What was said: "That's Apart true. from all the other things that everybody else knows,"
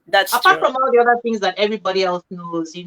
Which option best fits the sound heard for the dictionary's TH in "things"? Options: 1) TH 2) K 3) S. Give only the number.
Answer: 1